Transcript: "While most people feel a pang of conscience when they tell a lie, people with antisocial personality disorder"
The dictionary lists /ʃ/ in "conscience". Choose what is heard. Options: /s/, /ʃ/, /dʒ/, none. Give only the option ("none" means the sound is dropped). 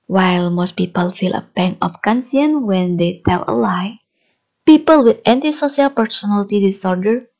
/s/